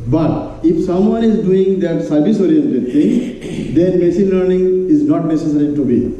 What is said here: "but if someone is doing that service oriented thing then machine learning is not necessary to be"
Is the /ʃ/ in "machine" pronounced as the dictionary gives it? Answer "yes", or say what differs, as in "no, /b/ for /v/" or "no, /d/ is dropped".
no, /s/ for /ʃ/